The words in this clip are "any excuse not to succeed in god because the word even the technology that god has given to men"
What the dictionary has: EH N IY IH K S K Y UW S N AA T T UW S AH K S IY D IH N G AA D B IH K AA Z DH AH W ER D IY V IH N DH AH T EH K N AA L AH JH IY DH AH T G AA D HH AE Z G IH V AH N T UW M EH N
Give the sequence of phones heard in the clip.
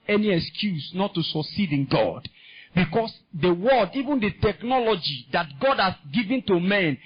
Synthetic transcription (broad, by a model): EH N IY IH K S K Y UW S N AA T T UW S AH K S IY D IH N G AA D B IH K AA S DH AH W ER D IY V IH N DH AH T EH K N AA L AH JH IY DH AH T G AA D HH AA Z G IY V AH N T UW M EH N